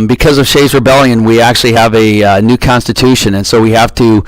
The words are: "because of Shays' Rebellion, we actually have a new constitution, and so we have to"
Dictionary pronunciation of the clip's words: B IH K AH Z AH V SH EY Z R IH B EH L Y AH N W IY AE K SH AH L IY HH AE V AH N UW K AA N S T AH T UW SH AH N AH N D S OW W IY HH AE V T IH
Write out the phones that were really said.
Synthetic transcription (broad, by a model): B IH K AH Z AH V SH EY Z R IH B EH L Y AH N W IY AE K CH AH L IY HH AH V AH N UW K AA N S T AH T UW SH AH N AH N S OW W IY HH AE F T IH